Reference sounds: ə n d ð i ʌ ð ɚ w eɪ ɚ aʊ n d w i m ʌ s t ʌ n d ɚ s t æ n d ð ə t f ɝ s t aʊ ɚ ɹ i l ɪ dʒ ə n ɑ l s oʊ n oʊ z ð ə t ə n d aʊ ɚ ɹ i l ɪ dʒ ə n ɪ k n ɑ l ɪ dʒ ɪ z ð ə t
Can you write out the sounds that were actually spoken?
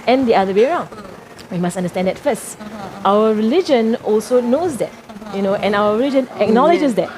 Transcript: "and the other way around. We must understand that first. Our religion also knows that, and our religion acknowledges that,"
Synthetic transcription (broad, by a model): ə n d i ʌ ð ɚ w eɪ ɚ aʊ n d w i m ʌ s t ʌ n d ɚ s t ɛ n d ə t f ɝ s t aʊ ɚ ɹ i l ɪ dʒ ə n ɑ l s oʊ n oʊ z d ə t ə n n aʊ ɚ ɹ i l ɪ dʒ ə n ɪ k n ɑ l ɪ dʒ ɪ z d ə t